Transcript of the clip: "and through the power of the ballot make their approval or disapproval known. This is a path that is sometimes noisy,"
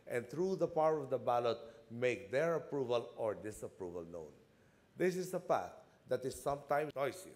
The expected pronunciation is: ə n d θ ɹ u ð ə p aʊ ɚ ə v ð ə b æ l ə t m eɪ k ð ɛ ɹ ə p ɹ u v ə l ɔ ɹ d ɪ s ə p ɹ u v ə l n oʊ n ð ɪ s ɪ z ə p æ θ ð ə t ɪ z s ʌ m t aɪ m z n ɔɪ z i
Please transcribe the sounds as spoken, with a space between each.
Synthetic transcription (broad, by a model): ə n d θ ɹ u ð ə p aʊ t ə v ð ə b æ l ə t m eɪ k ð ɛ ɹ ə p ɹ u v ə l ɔ ɹ d ɪ s ə p ɹ u v ə l n oʊ n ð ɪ s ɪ s ə p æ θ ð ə t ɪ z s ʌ m t aɪ m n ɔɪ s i